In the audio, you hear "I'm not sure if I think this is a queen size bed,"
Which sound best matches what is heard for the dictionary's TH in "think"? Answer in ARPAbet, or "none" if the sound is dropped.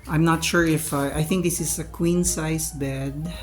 TH